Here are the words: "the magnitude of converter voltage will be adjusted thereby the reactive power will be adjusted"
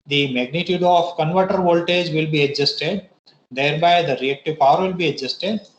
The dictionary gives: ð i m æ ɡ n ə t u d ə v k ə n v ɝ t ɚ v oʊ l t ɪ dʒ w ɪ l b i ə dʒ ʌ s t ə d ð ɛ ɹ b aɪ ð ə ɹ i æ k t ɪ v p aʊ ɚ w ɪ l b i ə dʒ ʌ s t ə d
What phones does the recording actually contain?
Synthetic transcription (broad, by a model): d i m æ ɡ n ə t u d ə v k ə n v ɝ t ɚ v oʊ l t ɪ dʒ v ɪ l b i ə dʒ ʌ s t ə d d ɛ ɹ b aɪ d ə ɹ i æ k t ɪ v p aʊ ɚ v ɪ l b i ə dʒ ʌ s t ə d